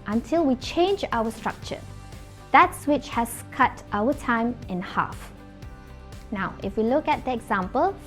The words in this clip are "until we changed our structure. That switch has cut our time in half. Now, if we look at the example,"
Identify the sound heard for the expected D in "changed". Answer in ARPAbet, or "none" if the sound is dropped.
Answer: none